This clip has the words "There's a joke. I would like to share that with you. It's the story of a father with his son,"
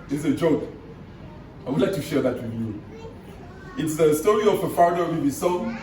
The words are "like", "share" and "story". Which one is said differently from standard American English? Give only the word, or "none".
none